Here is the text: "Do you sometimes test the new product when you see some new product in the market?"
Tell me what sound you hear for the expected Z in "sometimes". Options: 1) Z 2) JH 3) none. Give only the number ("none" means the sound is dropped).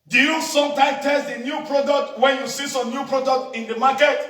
3